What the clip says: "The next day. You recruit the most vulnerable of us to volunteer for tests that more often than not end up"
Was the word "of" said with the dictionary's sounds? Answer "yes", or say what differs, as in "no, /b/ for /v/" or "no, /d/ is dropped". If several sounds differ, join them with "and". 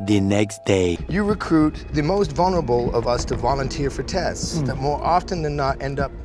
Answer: yes